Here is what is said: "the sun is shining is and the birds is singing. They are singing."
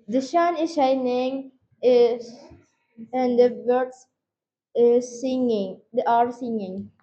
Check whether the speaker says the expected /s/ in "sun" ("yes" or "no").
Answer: no